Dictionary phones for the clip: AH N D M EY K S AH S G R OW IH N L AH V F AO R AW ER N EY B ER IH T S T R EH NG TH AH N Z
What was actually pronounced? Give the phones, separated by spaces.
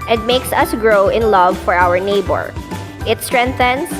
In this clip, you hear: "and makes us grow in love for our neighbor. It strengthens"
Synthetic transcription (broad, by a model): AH N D M EY K S AH S G R OW IH N L AH V F AO R AW ER N EY B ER IH T S T R EH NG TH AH N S